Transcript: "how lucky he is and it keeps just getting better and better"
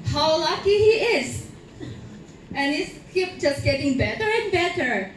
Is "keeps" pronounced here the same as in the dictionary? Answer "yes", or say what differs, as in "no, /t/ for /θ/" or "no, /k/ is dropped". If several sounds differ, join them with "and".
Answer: no, /s/ is dropped